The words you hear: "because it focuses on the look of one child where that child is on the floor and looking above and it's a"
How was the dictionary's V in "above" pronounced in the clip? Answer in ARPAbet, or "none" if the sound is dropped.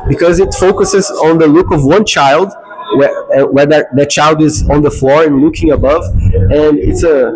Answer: V